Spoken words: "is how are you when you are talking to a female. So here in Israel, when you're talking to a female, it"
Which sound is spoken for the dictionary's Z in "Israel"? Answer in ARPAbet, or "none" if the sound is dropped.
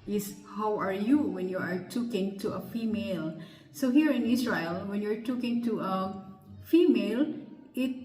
S